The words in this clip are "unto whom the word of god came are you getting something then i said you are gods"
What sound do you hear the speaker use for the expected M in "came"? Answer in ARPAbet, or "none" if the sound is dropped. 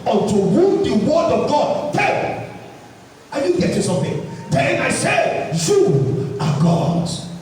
none